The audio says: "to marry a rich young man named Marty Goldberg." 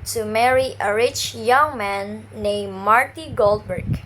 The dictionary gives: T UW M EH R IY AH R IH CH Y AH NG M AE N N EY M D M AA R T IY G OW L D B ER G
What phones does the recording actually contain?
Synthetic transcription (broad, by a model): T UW M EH R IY AH R IH CH Y AH NG M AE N N EY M M AA R T IY G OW L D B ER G